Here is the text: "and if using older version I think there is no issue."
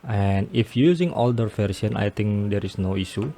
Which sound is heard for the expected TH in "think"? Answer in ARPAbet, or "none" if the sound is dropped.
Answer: T